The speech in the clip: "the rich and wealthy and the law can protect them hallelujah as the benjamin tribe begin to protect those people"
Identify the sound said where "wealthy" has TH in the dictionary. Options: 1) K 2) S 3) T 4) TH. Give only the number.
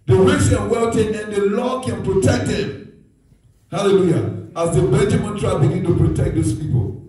3